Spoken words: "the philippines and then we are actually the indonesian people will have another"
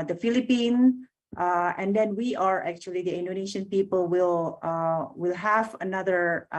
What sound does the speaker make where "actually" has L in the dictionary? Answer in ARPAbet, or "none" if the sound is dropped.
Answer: L